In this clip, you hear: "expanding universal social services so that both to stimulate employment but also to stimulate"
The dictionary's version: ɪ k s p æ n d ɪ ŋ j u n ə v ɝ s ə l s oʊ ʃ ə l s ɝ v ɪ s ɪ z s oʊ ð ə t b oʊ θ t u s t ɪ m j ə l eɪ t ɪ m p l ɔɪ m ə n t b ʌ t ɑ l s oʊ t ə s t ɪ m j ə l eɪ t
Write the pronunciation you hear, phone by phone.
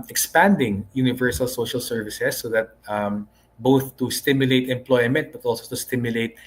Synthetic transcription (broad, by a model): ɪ k s p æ n d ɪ ŋ j u n ə v ɝ s ə l s oʊ ʃ ə l s ɝ v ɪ s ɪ s oʊ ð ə t b oʊ θ t u s t ɪ m j ə l eɪ t ɪ m p l ɔɪ m ə n t b ʌ t ɑ l s oʊ t ə s t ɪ m j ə l eɪ t